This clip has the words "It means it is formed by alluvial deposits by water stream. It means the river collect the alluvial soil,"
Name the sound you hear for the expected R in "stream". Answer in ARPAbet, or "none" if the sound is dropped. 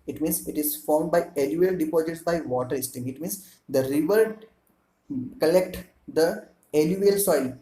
none